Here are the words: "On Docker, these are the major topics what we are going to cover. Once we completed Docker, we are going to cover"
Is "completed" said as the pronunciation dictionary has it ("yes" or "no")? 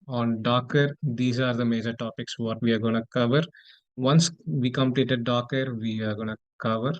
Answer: yes